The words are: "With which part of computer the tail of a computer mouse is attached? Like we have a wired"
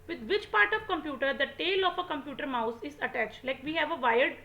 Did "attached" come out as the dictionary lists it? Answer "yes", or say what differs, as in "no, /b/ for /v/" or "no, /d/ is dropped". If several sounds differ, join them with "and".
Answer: yes